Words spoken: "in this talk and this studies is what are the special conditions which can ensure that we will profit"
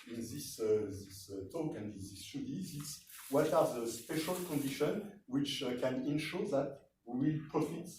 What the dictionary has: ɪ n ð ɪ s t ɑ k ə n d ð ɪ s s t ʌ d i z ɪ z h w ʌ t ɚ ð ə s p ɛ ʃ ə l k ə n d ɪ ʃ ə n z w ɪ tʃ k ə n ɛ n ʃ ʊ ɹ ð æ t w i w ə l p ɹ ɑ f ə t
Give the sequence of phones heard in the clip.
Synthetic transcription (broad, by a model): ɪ n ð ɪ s t ɑ k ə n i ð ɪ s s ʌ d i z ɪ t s w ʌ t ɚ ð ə s p ɛ ʃ ə l k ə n d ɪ ʃ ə n w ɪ tʃ k ə n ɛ n ʃ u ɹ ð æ t w i w ə l p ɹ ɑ f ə t